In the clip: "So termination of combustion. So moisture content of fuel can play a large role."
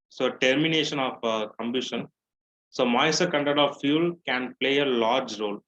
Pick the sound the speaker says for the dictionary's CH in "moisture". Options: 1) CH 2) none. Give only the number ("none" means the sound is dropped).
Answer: 2